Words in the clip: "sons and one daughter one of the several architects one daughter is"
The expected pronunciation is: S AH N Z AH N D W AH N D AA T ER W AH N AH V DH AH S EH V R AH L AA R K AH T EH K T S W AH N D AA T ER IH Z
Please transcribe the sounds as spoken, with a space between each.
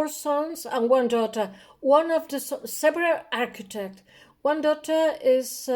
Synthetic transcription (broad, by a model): S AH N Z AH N W AH N D AA T ER W AH N AH V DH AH S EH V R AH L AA R K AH T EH K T W AH N D AA T ER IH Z